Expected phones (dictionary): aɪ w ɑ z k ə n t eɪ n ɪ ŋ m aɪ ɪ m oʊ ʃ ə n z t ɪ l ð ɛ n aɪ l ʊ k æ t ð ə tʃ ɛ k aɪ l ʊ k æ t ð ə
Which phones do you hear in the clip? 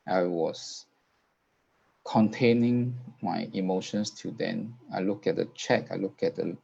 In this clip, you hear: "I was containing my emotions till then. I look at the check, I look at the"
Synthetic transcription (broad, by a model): aɪ w ɑ s k ə n t eɪ n ɪ ŋ m aɪ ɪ m oʊ ʃ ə n s t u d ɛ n aɪ l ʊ k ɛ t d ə tʃ ɛ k aɪ l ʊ k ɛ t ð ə